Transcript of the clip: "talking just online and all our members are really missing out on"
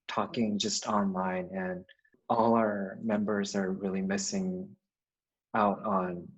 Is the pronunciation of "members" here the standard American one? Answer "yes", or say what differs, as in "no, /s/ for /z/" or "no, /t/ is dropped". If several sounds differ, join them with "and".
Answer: yes